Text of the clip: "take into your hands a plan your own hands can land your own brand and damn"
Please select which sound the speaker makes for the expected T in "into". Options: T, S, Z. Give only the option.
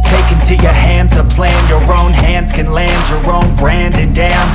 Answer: T